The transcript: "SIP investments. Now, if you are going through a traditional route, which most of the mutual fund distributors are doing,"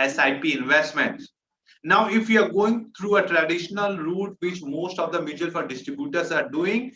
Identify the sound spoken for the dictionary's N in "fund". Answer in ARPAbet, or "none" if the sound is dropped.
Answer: none